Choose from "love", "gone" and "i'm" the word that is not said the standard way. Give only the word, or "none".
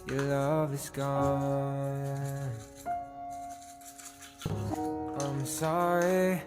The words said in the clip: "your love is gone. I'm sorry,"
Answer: gone